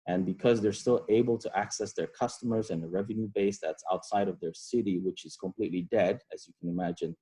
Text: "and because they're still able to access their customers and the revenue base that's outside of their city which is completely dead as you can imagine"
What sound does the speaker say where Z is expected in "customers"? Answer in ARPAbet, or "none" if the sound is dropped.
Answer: Z